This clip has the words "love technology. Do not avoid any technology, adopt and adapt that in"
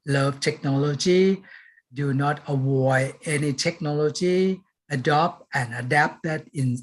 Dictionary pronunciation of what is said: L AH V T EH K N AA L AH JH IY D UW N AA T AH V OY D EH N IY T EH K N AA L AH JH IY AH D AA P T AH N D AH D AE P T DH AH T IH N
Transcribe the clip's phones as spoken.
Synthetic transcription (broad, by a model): L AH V T EH K N AA L AH JH IY D UW N AA T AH W OY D EH N IY T EH K N AA L AH JH IY AH D AA P T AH N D AH D AE P T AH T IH N